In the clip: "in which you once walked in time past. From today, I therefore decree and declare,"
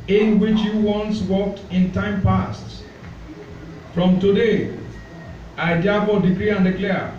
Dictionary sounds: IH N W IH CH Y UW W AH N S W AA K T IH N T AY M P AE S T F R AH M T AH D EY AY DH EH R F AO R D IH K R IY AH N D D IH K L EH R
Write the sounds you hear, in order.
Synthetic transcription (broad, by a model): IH N W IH CH Y UW W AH N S W AA K T IH N T AY M P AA S T F R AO M T AH D EY AY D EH F AO D IH K R IY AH N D D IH K L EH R